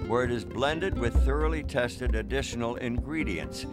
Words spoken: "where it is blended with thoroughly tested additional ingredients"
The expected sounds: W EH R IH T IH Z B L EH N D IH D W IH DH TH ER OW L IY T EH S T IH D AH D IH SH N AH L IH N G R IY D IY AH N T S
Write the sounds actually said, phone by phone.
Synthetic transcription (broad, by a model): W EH R IH T IH Z B L EH N D IH D W IH DH TH ER OW L IY T EH S T IH D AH D IH SH N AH L IH N G R IY D IY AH N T S